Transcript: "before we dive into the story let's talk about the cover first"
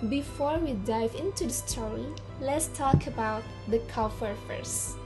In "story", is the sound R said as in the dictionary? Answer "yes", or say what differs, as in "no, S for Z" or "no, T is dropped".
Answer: no, R is dropped